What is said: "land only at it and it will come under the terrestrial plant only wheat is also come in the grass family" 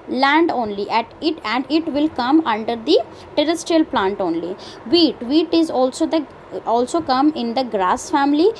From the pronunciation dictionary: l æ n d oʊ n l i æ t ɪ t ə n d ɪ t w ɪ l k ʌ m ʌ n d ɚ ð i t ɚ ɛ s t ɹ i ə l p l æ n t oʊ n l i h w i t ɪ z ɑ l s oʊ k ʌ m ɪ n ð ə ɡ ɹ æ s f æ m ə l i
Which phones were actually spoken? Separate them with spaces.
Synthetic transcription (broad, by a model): l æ n d oʊ n l i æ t ɪ t ə n d ɪ t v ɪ l k ʌ m ʌ n d ɚ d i t ɚ ɛ s t ɹ i ə l p l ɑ n t oʊ n l i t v i t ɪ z ɑ l s oʊ k ʌ m ɪ n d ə ɡ ɹ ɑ s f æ m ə l i